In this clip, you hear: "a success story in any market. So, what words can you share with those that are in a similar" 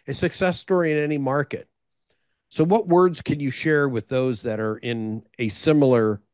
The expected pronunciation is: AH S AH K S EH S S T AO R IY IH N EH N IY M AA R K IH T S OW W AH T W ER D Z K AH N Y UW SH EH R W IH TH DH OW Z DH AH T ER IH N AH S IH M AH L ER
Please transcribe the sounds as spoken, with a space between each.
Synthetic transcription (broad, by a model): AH S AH K S EH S S T AO R IY IH N EH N IY M AA R K IH T S OW W AH T W ER D Z K AH N Y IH SH EH R W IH DH OW Z DH AH T ER IH N AH S IH M L ER